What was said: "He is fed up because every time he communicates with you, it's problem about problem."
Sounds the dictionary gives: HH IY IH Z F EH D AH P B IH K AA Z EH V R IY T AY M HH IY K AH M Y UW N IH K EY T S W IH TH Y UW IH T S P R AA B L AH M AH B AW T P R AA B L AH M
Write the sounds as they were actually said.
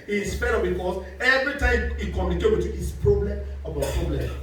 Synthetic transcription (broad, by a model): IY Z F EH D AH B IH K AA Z EH V R IY T AY M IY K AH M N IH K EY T W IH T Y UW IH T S P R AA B L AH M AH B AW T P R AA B L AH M